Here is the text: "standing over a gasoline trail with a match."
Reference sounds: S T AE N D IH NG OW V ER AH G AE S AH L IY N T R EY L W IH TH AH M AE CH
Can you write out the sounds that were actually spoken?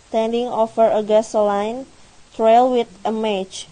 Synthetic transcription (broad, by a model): T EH N D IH NG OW F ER AH G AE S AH L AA N T R EY L W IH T AH M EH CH